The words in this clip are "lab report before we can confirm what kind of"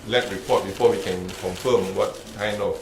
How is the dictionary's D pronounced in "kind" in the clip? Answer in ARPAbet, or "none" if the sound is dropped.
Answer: none